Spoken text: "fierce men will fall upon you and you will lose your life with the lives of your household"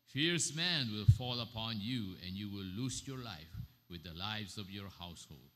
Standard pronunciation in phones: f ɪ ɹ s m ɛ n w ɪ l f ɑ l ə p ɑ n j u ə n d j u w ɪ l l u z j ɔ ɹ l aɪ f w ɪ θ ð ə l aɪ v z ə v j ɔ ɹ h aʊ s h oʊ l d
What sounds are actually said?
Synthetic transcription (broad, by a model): f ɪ ɹ s m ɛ n w ɪ l f ɑ l ə p ɑ n j u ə n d j u w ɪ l l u s j ɔ ɹ l aɪ f w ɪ ð ə l aɪ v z ə v j ɔ ɹ h aʊ s h oʊ l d